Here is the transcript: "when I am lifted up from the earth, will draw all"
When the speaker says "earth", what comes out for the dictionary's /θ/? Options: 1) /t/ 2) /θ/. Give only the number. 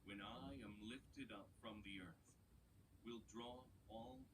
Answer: 2